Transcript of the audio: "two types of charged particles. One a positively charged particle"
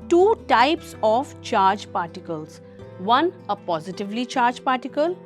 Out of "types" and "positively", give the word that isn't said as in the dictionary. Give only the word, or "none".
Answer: none